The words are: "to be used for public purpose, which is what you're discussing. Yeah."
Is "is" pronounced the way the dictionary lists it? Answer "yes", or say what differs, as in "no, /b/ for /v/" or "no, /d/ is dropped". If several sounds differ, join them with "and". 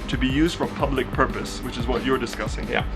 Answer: yes